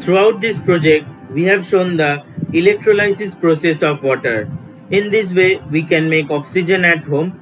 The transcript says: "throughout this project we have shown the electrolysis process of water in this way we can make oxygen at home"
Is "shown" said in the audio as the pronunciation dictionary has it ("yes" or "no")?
yes